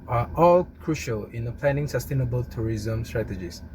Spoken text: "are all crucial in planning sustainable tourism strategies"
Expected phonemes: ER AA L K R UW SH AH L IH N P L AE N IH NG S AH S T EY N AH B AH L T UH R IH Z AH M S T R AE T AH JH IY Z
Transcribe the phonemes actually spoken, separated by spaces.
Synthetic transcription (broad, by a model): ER AA L K R UW SH AH L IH N P L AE N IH NG S AH S T EY N AH B AH L T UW R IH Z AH M S T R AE T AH JH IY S